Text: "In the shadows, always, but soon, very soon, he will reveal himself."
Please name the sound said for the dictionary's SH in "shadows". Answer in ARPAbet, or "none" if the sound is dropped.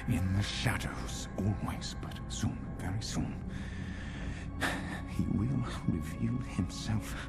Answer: SH